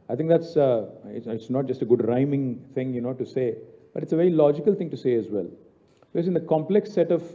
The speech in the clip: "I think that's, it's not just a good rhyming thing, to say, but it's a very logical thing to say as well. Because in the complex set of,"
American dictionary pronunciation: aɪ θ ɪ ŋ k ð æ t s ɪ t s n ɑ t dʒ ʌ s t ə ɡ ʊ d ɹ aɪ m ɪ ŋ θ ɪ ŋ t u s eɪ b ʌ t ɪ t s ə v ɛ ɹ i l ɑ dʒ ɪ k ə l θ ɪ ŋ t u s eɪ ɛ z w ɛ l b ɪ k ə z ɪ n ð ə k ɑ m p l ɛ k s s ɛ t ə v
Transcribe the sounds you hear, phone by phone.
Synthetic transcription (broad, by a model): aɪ t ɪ ŋ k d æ t s ɪ t s n ɑ t dʒ ʌ s t ə ɡ ʊ d ɹ aɪ m ɪ ŋ t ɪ ŋ t u s eɪ b ʌ t ɪ t s ə v ɛ ɹ i l ɑ dʒ ɪ k ə l t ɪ ŋ t u s eɪ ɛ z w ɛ l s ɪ ə s ɪ n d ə k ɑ m p l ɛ k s s ɛ t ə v